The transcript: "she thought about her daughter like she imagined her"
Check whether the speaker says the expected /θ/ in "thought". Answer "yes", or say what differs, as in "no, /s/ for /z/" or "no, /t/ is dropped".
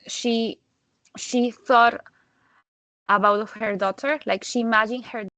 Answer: yes